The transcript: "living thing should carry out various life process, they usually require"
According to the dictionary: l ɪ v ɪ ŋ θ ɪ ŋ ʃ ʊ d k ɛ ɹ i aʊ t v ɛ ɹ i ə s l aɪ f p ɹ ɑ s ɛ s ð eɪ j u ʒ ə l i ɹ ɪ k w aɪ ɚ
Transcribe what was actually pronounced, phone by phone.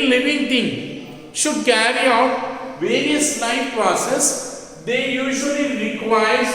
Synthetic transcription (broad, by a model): l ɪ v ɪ ŋ t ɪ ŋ ʃ ʊ d k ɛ ɹ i aʊ t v ɛ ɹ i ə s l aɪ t p ɹ ɑ s ɛ s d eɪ j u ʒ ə l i ɹ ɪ k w aɪ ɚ